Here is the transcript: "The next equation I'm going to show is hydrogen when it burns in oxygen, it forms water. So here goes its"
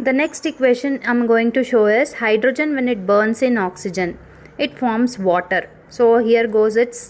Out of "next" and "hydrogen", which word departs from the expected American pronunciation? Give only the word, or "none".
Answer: none